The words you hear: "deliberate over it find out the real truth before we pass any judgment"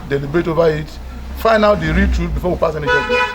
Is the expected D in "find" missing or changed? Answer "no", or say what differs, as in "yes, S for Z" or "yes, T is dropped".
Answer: yes, D is dropped